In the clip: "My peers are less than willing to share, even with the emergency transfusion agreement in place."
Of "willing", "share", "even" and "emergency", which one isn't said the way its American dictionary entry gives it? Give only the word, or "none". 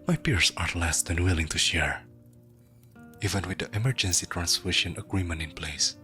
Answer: none